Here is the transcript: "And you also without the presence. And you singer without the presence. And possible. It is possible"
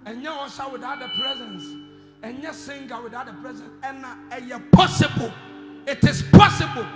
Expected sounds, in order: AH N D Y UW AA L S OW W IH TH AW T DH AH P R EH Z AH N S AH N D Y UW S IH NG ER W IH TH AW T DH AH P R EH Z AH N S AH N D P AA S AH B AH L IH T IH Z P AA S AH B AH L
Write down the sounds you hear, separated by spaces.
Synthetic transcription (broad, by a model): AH N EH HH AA S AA W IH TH AW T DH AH P R EH Z AH N S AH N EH S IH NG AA W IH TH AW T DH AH P R EH Z AH N S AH N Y P AA S AH B AH L IH T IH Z P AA S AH B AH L